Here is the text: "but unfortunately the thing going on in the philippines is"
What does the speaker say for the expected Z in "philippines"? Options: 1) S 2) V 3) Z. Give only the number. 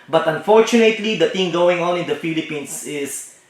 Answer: 1